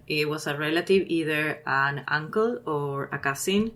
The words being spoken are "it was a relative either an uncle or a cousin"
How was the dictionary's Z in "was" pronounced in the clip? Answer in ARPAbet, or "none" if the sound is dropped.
S